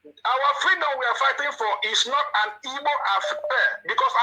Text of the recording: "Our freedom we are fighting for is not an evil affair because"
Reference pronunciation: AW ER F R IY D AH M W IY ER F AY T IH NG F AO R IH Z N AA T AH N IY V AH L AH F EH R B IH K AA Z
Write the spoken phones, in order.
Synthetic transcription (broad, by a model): AW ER F R IY D AH M W IY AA F AY T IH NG F AO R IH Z N AA T AH N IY B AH N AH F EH B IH K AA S